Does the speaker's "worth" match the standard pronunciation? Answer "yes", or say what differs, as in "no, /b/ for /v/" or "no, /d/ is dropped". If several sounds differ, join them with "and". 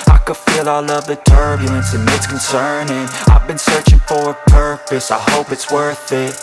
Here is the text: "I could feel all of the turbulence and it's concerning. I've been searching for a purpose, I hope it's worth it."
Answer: yes